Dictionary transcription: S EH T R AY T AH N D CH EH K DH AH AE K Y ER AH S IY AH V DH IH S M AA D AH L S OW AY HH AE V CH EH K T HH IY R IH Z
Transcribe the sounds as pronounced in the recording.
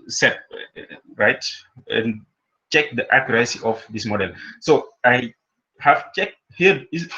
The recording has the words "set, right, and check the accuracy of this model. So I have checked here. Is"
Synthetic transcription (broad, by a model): S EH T R AY T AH N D CH EH K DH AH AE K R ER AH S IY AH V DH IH S M AA D AH L S OW AY HH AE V CH EH K T HH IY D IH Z